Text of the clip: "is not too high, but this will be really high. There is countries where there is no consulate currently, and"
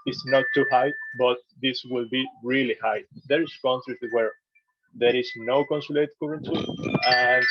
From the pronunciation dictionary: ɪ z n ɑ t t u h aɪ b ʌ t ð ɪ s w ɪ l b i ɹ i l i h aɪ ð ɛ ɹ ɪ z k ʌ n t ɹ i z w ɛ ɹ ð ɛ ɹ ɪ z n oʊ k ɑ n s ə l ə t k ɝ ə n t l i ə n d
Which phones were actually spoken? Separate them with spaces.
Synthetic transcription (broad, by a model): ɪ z n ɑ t t u h aɪ b ʌ t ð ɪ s w ɪ l b i ɹ i l i h aɪ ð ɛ ɹ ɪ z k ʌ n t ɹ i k w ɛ ɹ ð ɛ ɹ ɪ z n oʊ k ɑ n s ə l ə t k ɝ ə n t i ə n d